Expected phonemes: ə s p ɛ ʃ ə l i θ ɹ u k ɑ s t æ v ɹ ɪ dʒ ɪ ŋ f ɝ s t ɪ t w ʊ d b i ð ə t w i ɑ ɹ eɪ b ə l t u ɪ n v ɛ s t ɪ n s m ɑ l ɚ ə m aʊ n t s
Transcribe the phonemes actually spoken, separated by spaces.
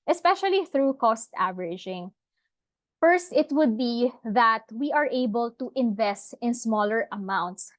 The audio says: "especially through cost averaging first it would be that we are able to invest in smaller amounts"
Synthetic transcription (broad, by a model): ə s p ɛ ʃ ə l i θ ɹ u k ɑ s t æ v ɹ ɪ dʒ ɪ ŋ f ɝ s t ɪ t w ʊ d b i ð ə t w i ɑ ɹ eɪ b ə l t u ɪ n v ɛ s t ɪ n s m ɑ l ɚ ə m aʊ n t s